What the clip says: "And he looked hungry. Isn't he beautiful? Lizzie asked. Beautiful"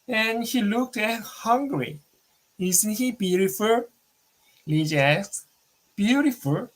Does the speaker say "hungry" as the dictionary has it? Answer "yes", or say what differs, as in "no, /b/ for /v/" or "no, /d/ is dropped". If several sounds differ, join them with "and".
yes